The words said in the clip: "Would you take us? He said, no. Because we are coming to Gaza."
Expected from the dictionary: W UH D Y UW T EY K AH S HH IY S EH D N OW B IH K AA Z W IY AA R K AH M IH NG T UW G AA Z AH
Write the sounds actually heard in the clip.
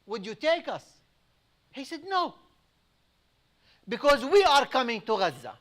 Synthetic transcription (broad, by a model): W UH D Y UW T EY K AH S HH IY S EH D N OW B IH K AA Z W IY AA R K AH M IH NG T UW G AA Z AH